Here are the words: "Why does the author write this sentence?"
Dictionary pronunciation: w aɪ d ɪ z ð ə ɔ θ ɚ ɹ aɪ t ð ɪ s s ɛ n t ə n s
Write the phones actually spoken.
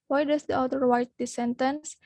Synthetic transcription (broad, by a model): w aɪ d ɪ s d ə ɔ t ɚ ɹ aɪ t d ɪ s s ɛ n t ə n s